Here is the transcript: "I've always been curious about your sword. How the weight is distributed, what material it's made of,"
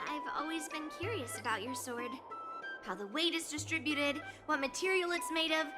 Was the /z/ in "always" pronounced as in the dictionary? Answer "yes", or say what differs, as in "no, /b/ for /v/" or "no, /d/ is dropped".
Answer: yes